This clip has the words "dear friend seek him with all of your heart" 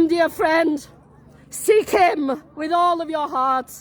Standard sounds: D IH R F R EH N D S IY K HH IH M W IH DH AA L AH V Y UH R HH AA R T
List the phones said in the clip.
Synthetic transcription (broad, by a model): D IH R F R EH N D S IY K HH IH M W IH DH AA L AH V Y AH R HH AA R T